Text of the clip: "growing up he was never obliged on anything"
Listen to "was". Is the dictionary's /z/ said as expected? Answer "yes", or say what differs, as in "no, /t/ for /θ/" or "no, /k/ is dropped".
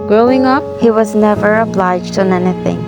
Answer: yes